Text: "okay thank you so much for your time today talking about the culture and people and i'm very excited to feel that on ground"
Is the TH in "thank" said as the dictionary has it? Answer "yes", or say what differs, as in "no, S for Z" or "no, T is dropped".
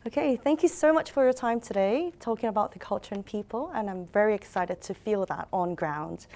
yes